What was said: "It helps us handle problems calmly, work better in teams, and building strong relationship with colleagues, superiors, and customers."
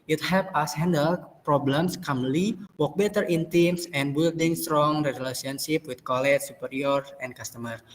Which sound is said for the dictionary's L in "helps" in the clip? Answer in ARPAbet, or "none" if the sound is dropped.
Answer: none